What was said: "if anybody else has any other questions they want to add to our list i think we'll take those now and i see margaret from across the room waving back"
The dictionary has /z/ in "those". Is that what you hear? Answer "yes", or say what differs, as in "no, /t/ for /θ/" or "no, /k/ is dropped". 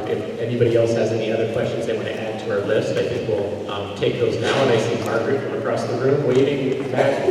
yes